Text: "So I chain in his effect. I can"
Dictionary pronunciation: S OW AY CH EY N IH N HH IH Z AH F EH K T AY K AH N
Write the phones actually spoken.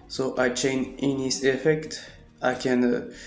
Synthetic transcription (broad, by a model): S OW AY CH EY N IH N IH S AH F EH K T AY K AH N